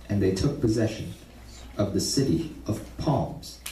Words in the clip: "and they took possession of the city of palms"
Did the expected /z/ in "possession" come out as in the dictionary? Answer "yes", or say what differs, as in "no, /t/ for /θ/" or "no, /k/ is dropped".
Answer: yes